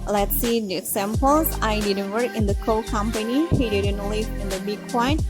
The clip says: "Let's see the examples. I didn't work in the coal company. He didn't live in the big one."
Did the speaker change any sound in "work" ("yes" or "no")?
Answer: yes